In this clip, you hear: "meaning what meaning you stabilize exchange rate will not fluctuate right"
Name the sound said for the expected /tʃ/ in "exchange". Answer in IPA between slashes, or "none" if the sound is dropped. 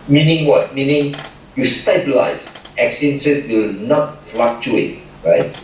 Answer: none